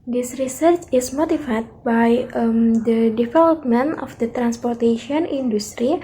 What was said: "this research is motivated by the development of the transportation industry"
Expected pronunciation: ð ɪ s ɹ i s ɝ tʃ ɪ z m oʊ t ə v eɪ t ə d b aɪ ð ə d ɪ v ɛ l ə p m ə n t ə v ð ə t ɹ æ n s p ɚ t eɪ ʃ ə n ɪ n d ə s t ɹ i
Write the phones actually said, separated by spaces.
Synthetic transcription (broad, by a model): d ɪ s ɹ i s ɝ tʃ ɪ s m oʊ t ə f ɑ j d b aɪ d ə d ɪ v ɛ l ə p m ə n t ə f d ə t ɹ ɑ n s p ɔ t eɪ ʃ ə n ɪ n d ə s t ɹ i